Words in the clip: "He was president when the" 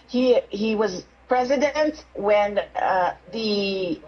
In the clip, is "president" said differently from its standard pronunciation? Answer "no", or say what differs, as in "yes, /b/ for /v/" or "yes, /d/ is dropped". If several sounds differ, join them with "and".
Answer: no